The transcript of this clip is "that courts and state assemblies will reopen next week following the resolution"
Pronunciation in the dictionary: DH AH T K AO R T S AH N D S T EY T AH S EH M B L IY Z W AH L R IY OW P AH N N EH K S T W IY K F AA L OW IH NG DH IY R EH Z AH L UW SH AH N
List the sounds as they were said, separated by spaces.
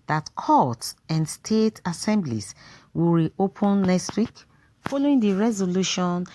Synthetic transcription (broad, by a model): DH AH T K AO T AH N D S T EY T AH S EH M B L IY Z W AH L R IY OW P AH N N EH K S T W IY K F AA L OW IH NG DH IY R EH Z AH L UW SH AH N